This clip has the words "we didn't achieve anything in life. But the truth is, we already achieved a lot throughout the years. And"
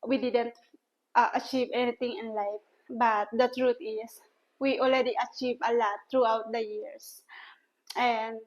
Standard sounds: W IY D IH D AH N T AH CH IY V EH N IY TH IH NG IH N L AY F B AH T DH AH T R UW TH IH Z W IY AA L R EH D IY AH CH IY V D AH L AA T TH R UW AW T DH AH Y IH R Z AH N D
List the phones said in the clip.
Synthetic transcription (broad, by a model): W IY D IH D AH N T AH CH IY V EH N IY T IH NG IH N L AY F B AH T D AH T R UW T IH S W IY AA L R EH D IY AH CH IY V AH L AA T R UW AW T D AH Y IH R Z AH N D